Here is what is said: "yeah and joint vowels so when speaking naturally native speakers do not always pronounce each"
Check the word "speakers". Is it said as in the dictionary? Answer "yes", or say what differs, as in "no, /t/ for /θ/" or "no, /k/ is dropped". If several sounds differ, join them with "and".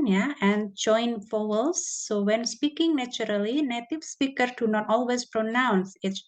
no, /z/ is dropped